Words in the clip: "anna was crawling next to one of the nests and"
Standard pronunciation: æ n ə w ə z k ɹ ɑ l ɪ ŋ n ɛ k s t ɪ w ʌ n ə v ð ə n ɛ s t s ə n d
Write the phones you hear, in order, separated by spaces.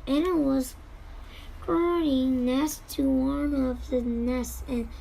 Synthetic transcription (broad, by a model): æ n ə w ə z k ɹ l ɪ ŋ n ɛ s t ɪ w ʌ n ə v ð ə n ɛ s s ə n